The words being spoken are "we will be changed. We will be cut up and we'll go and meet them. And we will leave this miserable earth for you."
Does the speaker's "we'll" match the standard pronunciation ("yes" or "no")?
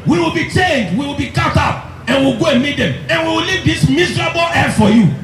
yes